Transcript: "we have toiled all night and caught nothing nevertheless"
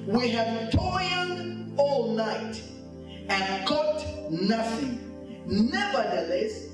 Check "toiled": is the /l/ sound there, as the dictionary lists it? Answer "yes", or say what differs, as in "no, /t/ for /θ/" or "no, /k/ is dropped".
no, /n/ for /l/